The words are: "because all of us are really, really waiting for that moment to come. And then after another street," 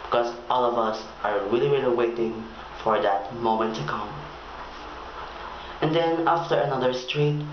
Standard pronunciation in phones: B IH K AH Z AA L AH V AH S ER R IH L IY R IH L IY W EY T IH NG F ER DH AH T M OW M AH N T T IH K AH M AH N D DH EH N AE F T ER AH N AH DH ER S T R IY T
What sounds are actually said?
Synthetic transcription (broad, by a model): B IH K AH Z AA L AH V AH S ER R IH L IY R IH L IY W EY T IH NG F ER DH AH T M OW M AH N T T IH K AH M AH N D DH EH N AE F T ER AH N AH DH ER S T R IY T